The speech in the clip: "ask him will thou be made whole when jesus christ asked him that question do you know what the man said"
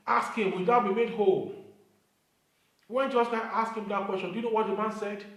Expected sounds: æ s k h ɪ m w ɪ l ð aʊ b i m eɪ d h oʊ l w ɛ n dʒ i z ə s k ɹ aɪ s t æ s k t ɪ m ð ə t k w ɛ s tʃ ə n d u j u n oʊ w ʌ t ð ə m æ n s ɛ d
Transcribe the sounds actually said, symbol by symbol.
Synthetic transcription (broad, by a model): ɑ s k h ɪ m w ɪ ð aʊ b i m eɪ d h oʊ l w ɛ n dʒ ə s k aɪ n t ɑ s k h ɪ m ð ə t k w ɛ s tʃ ə n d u j u n oʊ w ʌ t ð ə m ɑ n s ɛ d